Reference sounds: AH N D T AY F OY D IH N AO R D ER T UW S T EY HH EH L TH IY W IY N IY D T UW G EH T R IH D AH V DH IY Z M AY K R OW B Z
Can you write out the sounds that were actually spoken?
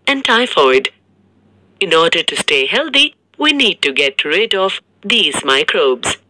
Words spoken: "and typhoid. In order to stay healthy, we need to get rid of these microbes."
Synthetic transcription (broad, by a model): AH N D T AY F OY D IH N AO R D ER T UW S T EY HH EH L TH IY W IY N IY D T UW G EH T R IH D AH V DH IY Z M AY K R OW B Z